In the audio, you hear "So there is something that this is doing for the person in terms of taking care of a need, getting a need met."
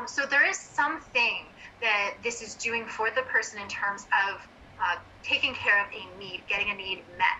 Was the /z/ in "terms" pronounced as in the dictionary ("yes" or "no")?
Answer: yes